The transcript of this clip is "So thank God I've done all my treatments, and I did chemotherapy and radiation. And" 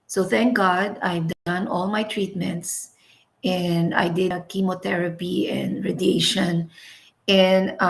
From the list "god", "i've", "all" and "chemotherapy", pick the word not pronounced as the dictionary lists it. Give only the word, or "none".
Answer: chemotherapy